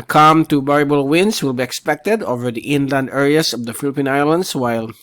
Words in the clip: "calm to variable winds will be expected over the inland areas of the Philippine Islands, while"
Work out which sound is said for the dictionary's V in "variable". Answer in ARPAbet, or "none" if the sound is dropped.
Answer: B